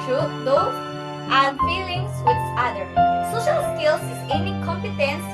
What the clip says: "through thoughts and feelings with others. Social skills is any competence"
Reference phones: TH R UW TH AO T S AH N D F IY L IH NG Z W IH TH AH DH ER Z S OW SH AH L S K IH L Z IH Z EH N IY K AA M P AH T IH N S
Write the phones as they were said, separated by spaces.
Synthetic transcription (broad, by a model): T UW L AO T AH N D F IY L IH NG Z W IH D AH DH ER S OW SH AH L S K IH L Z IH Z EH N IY K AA M P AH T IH N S